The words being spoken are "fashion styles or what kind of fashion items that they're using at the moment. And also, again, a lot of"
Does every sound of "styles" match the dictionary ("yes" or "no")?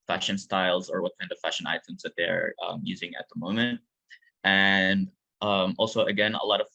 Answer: yes